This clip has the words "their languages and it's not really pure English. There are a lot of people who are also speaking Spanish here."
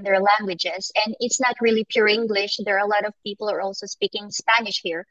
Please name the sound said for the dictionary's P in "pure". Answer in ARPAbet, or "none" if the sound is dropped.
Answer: P